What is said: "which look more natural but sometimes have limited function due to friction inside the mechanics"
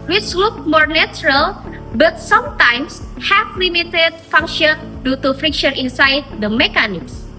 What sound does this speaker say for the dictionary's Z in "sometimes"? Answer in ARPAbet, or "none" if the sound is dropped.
S